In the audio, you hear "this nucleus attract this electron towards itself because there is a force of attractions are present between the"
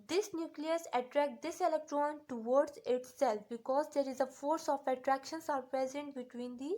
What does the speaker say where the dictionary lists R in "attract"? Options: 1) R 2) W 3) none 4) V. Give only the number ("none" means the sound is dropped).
1